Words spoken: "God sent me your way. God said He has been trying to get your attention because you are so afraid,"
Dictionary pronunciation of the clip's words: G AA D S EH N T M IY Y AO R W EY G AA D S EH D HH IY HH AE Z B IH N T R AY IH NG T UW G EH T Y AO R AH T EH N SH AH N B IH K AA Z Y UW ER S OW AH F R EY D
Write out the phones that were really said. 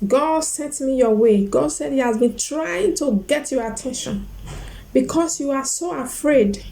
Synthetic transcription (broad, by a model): G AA D S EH T M IY Y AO W EY G AA D S EH D HH IY HH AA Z B IH N T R AY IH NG T UW G EH T Y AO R AH T EH N SH AH N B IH K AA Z Y UW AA S OW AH F R EY D